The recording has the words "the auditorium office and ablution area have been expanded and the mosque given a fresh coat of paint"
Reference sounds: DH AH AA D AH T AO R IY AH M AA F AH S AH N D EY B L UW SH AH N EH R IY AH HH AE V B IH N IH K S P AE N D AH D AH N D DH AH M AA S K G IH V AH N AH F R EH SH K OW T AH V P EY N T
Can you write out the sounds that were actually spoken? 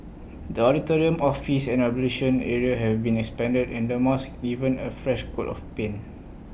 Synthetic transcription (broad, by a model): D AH AA D AH T AO R IY AH M AA F AH S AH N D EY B L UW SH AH N EH R IY AH HH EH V B IH N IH K S P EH N D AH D AH N D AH M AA S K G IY V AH N AH F R EH SH K OW T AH F P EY N